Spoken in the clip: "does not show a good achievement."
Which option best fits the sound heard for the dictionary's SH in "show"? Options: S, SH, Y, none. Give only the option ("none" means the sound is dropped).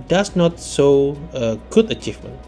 S